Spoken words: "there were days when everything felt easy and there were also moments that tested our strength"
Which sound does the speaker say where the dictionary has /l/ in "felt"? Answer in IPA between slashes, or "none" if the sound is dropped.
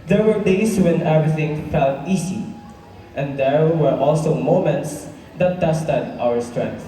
/l/